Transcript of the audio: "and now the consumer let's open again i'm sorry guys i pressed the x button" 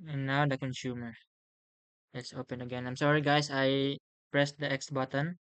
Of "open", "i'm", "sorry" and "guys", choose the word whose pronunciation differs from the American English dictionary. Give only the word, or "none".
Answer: guys